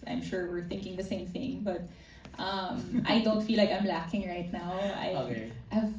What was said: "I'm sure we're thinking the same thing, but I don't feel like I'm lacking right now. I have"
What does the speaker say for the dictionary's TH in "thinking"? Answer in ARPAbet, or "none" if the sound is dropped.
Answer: TH